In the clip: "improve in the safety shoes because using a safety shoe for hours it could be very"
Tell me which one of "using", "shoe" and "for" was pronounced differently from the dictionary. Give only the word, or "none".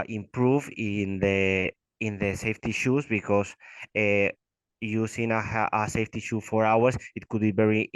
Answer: using